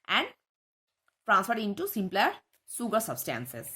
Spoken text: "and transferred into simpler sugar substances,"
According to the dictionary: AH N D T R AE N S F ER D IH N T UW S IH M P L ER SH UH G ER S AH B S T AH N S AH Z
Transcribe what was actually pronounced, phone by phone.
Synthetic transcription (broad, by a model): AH N D T R AE N S F ER D IH N T UW S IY M P L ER S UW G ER S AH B S T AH N S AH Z